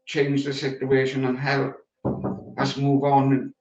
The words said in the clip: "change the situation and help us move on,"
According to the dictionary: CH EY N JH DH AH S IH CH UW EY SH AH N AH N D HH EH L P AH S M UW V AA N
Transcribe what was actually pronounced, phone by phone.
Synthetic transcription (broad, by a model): CH EY N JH DH AH S IH CH UW EY SH AH N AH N HH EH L AH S M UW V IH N